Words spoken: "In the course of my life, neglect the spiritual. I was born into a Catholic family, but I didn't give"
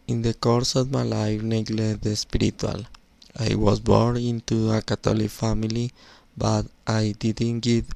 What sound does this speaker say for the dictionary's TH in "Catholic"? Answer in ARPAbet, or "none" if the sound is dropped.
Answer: T